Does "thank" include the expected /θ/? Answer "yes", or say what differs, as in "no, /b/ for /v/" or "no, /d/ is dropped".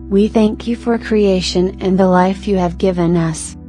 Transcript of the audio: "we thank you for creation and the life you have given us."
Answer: yes